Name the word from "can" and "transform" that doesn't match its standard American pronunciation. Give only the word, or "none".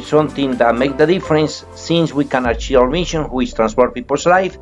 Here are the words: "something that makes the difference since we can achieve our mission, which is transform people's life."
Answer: transform